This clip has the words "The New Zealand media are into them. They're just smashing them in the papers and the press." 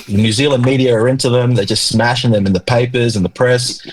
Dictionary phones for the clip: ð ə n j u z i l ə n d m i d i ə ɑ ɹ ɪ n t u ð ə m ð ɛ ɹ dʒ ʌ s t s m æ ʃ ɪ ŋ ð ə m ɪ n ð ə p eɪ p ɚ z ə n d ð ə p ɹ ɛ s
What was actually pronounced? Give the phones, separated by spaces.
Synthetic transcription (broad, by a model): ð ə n j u z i l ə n m i d i ə ɹ ɪ n t u ð ə m ð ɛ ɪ dʒ ʌ s t s m æ ʃ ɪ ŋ ð ə m ɪ n ð ə p eɪ p ɚ z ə n ð ə p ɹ ɛ s